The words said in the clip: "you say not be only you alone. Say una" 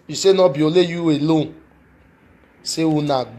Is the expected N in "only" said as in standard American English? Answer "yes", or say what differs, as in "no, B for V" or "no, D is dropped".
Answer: no, N is dropped